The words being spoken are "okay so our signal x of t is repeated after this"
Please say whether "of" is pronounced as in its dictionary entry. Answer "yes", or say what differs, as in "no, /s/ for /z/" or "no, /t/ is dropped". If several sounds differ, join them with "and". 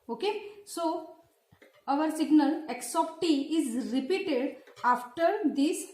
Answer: no, /p/ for /v/